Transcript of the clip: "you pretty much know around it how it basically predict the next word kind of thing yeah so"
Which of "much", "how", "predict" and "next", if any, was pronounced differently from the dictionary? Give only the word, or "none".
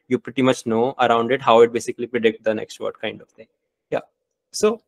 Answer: none